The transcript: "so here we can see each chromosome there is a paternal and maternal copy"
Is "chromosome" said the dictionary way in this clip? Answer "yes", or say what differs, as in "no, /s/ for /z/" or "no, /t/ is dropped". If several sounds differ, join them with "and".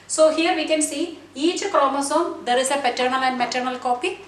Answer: no, /l/ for /ɹ/